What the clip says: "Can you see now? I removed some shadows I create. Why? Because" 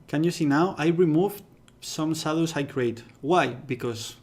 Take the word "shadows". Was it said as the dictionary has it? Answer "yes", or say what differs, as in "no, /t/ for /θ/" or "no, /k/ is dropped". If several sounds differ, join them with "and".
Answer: no, /s/ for /ʃ/